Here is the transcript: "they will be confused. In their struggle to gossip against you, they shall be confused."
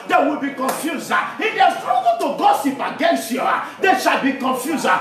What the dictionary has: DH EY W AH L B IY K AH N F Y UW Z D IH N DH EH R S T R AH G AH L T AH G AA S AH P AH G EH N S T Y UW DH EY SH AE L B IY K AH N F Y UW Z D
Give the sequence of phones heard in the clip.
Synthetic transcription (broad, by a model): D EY W AH L B IY K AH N F Y UW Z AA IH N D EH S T R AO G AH T AH G AA S AH P AH G EH N S T Y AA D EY SH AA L B IY K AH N F Y UW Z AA